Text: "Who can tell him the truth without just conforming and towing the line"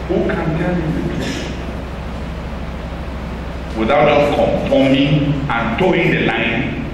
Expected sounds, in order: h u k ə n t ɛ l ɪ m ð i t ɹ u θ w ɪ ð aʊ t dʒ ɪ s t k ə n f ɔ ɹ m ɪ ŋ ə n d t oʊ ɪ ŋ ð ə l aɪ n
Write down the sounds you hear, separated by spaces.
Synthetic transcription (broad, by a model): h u k ə n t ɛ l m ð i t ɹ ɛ s w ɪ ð aʊ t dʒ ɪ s k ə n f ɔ m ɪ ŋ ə n t oʊ ɪ ŋ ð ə l aɪ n